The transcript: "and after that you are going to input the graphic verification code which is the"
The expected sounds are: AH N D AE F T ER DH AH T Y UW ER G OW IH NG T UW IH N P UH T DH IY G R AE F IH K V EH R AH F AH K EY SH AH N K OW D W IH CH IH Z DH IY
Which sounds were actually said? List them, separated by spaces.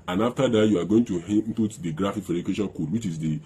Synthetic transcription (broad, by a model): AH N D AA F T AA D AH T Y UW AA G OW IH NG T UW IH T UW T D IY G R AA F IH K F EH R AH AH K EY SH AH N K OW D W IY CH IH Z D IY